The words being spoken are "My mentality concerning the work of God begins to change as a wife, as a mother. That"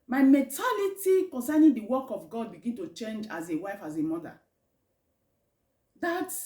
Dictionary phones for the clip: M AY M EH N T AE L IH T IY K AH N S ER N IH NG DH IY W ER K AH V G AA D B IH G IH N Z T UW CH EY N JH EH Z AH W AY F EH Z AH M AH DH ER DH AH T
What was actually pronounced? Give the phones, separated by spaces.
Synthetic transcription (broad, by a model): M AY M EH N T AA L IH T IY K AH N S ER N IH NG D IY W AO K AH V G AA D B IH G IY N T UW CH EY N JH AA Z AH W AY F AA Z AH M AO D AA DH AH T